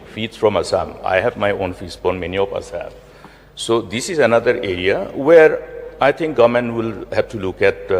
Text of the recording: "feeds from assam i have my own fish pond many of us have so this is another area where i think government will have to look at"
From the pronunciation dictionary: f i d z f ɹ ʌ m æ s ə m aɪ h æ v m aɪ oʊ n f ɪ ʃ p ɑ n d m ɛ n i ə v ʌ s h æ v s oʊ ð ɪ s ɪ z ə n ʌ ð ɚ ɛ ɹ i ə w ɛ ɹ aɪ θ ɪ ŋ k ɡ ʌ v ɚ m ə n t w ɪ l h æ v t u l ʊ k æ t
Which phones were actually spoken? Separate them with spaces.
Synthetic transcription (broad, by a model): f i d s f ɹ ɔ m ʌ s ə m aɪ h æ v m aɪ oʊ n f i s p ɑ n m ɛ n i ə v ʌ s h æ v s oʊ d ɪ s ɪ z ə n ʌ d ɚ ɛ ɹ i ə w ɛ ɹ aɪ t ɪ ŋ k ɡ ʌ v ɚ m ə n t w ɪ l h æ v t u l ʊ k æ t